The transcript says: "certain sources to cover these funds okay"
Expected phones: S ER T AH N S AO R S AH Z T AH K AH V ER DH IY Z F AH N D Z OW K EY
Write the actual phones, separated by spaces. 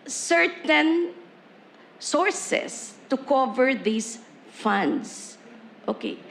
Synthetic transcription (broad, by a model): S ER T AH N S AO R S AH S T AH K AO V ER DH IY S F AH N D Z OW K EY